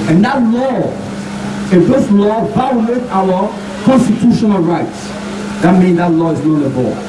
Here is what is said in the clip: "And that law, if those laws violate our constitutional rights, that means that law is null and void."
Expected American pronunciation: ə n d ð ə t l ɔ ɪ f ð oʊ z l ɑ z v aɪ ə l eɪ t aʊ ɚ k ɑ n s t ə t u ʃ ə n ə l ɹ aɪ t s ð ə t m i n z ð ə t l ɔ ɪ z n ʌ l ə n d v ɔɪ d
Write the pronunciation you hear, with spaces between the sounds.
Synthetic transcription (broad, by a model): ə n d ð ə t l ɔ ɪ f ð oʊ s l ɑ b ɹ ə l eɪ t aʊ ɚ k ɑ n s t ə t u ʃ ə n ə l ɹ aɪ t s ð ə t m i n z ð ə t l ɔ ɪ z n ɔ n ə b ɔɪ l